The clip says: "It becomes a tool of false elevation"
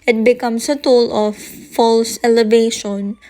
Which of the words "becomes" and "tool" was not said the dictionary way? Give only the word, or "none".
becomes